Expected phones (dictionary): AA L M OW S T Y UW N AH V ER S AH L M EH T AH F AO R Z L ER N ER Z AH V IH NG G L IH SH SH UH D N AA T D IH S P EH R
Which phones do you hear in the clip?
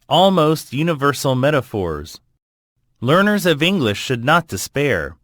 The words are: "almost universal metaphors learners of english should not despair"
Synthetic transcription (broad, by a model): AA L M OW S T Y UW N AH V ER S L M EH T AH F AO R Z L ER N ER Z AH V IH NG G L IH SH SH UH D N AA T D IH S P EH R